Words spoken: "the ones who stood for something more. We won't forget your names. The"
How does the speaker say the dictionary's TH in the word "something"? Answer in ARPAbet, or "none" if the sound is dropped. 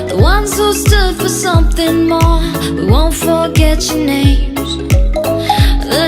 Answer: TH